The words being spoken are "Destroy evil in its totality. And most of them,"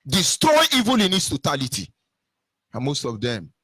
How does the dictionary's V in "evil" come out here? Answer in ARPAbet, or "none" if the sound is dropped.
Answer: V